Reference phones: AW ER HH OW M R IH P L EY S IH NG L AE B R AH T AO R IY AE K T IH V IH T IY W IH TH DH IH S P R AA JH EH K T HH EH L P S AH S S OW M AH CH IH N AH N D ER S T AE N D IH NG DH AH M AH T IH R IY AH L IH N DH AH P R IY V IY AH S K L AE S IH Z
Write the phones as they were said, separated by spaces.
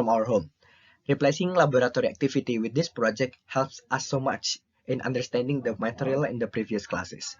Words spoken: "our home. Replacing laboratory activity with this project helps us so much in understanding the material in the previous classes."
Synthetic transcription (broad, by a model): AW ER HH OW M R IH P L EY S IH NG L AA B R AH T AO R IY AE K T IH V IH T IY W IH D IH S P R AA JH EH K T HH EH L P S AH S S OW M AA CH IH N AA N D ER S T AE N D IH NG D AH M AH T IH R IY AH L IH N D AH P R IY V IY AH S K L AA S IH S